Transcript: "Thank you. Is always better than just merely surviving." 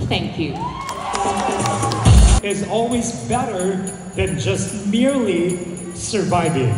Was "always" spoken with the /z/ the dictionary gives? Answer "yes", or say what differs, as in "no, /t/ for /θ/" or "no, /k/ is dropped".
yes